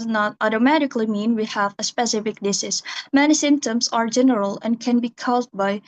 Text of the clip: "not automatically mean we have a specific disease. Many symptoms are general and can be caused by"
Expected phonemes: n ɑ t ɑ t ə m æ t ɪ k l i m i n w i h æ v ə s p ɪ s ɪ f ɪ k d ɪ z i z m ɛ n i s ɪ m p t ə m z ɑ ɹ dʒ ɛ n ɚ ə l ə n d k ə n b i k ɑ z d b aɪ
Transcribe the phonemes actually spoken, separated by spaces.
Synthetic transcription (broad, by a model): n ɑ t ɑ t ə m æ t ɪ k l i m i n w i h æ v ə s p ɪ s ɪ f ɪ k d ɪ s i s m ɛ n i s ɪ m p t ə m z ɑ ɹ dʒ ɛ n ɚ ə l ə n k ə n b i k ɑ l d b aɪ